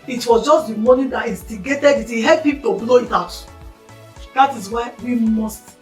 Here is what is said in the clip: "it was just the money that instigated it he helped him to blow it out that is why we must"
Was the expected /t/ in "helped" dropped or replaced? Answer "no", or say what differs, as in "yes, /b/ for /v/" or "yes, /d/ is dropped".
yes, /t/ is dropped